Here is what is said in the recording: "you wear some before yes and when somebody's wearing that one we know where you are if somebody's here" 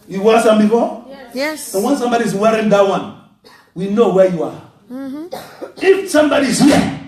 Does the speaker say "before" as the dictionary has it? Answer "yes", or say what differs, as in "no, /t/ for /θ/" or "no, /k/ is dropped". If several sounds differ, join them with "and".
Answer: no, /p/ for /f/